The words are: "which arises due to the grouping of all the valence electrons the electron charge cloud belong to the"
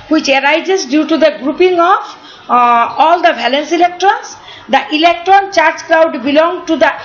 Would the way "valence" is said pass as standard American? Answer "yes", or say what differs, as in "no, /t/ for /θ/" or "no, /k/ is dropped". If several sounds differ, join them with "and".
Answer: no, /b/ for /v/